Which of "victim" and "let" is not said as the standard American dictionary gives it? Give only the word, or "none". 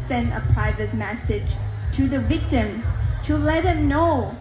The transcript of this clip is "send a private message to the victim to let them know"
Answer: none